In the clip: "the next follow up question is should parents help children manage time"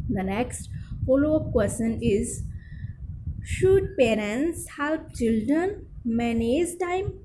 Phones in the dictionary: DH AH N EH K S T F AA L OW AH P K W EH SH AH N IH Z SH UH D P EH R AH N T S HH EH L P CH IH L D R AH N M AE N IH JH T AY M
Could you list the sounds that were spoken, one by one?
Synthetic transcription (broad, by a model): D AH N EH K S T F AA L OW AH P K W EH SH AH N IH Z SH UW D P EH R AH N T S HH EH L P CH IH L D R AH N M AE N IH Z T AY M